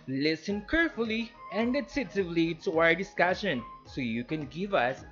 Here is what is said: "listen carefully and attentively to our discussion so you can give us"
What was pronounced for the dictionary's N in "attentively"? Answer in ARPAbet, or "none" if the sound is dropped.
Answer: none